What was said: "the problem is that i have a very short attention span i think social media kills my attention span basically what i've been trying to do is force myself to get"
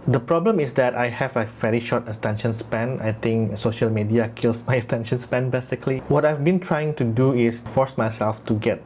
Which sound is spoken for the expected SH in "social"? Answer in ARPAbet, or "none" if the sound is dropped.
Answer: SH